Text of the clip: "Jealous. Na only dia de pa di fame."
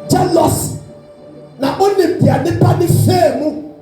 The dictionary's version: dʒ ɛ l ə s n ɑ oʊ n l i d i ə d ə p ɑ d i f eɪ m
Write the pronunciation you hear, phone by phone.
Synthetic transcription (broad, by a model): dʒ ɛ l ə s n ɑ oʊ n i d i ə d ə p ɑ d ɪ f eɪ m